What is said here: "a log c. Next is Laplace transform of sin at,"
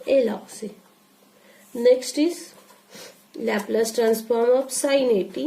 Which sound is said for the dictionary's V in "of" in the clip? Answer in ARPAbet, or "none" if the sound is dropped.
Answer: P